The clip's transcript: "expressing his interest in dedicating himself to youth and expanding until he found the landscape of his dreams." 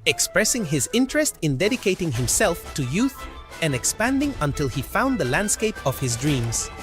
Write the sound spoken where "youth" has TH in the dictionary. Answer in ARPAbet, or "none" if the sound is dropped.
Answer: TH